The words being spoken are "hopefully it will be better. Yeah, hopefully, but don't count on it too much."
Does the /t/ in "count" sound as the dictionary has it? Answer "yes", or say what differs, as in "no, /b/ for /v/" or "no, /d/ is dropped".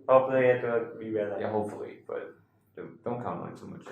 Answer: no, /t/ is dropped